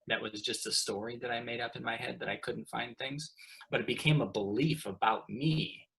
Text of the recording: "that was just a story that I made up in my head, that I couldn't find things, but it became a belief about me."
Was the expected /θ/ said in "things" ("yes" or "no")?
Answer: yes